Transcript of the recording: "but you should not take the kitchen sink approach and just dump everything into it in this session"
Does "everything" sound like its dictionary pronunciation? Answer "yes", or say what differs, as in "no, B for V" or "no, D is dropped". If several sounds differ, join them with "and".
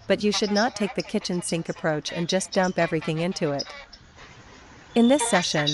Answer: yes